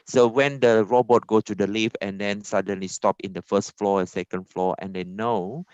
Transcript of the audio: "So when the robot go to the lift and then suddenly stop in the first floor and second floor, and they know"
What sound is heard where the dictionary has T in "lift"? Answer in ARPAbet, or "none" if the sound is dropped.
none